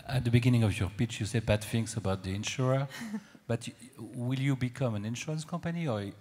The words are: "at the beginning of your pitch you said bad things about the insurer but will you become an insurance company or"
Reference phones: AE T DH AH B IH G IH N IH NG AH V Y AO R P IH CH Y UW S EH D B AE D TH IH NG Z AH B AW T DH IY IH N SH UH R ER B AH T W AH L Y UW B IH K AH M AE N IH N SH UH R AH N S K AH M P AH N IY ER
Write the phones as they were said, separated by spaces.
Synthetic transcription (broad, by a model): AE T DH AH B IH G IH N IH NG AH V Y AO R P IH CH Y UW S EH D B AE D F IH NG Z AH B AW T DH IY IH N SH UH R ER B AH T W AH L Y UW B IH K AH M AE N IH N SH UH R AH N S K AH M P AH N IY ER